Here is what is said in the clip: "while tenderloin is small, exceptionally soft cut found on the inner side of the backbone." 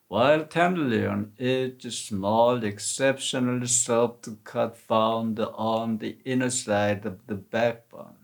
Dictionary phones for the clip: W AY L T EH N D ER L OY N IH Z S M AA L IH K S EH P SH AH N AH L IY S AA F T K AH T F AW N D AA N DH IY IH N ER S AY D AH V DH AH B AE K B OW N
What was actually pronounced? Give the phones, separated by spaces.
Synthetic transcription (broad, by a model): W AY L T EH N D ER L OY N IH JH S M AA L IH K S EH P SH AH N AH L IY S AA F T K AH T F AW N D AA N DH IY IH N ER S AY D AH V DH AH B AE K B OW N